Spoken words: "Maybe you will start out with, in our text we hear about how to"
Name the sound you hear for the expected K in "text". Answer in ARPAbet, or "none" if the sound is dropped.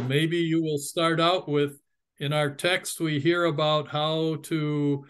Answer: K